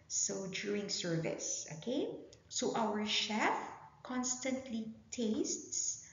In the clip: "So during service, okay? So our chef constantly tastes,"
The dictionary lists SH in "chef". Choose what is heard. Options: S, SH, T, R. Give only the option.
SH